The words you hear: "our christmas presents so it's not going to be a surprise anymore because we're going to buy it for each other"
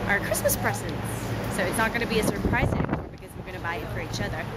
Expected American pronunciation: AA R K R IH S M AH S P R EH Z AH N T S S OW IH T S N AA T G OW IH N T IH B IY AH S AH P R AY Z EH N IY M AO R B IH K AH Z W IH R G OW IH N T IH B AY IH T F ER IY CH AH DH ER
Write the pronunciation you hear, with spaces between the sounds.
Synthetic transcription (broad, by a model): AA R K R IH S M AH S P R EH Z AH N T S S OW IH T S N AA T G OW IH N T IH B IY AH S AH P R AY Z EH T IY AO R B IH K AH Z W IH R G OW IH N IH B AY IH T F ER IY CH AH DH ER